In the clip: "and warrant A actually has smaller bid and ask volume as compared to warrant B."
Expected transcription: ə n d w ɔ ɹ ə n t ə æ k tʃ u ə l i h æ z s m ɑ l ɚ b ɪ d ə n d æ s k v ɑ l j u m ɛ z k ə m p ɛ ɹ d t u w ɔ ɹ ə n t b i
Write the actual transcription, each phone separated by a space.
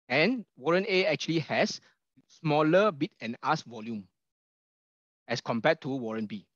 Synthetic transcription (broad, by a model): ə n w ɔ ɹ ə n ə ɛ k tʃ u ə l i h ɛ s s m ɑ l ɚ b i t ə n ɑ s v ɑ l j u m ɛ s k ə m p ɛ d t u w ɔ ɹ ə n b i